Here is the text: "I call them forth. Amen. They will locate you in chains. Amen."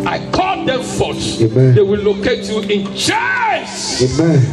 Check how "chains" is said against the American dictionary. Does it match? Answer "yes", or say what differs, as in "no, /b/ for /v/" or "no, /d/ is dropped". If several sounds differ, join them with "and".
no, /s/ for /z/